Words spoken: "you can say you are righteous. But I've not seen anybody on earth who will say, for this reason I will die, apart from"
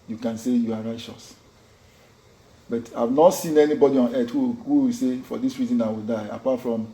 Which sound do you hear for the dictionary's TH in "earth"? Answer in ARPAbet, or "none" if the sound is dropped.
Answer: T